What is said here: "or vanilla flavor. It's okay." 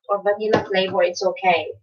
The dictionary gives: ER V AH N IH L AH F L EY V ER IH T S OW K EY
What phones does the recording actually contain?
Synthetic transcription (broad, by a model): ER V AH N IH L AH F L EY B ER IH T S OW K EY